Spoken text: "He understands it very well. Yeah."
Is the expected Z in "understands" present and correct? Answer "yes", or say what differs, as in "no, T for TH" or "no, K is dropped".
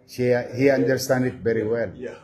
no, Z is dropped